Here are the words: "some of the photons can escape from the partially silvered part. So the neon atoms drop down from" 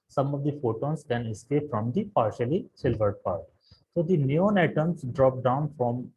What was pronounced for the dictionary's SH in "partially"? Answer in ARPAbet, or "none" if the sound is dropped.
SH